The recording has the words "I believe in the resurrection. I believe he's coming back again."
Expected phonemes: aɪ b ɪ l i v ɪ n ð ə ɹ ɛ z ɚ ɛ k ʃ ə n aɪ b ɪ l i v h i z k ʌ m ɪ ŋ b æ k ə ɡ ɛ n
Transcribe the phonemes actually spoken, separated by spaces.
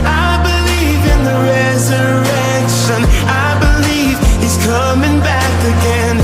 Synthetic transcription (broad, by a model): aɪ b ɪ l i v ɪ n ð ə ɹ ɛ z ɚ ɛ k ʃ ə n aɪ b ɪ l i v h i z k ʌ m ɪ ŋ b æ k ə ɡ ɛ n